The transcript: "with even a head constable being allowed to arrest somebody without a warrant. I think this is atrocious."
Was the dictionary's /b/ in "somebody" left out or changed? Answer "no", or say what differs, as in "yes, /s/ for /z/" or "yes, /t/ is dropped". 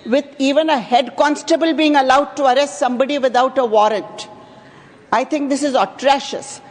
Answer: no